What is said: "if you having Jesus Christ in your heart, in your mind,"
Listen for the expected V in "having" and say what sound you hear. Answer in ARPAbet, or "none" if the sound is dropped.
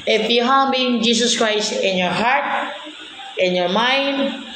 B